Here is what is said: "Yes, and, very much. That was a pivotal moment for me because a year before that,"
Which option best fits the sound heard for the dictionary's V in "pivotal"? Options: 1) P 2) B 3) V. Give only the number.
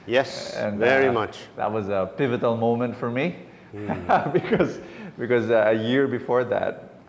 3